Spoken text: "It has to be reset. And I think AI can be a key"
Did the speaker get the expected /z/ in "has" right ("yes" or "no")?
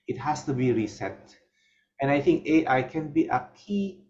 no